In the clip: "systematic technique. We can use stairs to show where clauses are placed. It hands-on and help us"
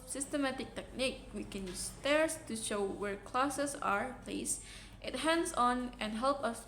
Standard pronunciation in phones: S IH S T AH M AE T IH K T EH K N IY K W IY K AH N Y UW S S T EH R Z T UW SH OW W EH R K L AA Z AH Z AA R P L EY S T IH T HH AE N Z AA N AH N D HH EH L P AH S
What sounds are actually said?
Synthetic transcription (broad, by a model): S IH S T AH M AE T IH K T EH K N IY K W IY K AH N Y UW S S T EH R S T UW SH OW W EH R K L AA S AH S AA R P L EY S T IH T HH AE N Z AA N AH N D HH EH L P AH S